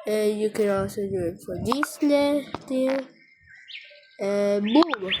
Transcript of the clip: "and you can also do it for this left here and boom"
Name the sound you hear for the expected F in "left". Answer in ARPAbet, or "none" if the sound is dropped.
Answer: none